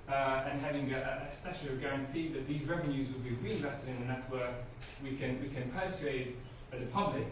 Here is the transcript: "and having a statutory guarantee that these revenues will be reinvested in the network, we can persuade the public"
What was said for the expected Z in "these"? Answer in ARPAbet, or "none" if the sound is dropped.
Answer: Z